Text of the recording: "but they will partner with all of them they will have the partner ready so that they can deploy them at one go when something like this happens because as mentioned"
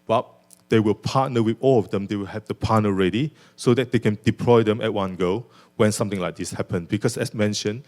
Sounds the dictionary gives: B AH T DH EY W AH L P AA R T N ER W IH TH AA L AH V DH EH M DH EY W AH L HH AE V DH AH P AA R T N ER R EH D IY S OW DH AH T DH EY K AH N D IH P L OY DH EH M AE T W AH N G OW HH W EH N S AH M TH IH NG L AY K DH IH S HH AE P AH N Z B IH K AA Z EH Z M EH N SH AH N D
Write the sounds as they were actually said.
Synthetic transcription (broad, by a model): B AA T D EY W AH L P AA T N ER W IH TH AA L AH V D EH M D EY W AH L HH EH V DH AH P AA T N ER R EH D IY S OW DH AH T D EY K AH N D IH P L OY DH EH M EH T W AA N G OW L W EH N S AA M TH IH NG L AY K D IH S HH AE P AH N B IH K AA S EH S M EH N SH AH N